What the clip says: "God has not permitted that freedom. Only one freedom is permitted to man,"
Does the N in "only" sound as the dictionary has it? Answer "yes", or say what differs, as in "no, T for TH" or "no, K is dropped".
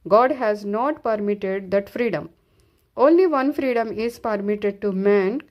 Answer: yes